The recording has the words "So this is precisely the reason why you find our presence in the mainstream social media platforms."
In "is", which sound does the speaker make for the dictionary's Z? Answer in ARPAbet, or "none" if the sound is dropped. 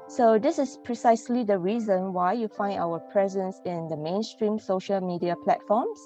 S